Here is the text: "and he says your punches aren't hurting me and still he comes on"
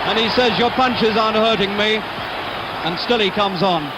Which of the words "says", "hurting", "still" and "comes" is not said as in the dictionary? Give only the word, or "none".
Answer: none